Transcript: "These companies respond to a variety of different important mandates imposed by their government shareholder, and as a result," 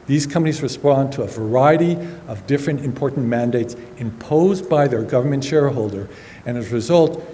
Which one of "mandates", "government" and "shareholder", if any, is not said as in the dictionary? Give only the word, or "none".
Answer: none